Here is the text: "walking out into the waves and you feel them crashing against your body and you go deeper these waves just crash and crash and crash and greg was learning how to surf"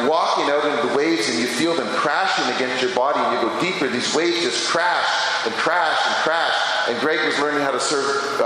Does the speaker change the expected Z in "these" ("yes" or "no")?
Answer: no